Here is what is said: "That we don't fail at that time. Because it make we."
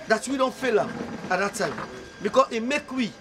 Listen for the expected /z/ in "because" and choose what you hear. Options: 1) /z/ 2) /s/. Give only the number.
2